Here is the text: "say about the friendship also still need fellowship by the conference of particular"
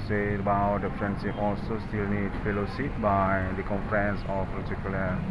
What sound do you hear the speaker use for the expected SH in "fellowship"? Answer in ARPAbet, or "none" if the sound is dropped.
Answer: S